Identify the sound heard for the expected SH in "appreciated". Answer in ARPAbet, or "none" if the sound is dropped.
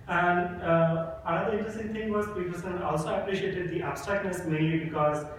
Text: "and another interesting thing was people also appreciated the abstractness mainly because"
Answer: SH